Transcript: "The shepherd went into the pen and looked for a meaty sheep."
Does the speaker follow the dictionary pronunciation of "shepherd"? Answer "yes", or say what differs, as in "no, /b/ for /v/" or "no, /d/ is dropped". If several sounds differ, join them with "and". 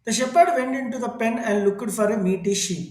yes